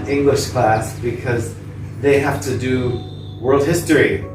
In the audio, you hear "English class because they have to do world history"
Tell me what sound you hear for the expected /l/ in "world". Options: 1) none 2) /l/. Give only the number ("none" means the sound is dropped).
2